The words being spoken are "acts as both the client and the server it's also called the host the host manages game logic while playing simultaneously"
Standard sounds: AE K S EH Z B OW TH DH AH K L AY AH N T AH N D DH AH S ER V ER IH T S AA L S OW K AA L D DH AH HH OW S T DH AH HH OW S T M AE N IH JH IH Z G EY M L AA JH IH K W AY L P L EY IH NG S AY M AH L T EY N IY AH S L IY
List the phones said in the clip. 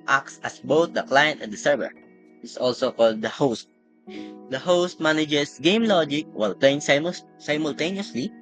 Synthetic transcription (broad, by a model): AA K S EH S B OW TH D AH K L AY AH N T AH N D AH S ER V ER IH T S AA L S OW K AA L D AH HH OW S T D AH HH OW S T M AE N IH JH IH S G EY M L AA JH IH K W AY L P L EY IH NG S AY M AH L T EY N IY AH S L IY